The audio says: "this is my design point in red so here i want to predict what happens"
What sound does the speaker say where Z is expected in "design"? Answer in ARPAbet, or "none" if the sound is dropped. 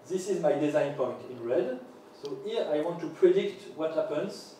Z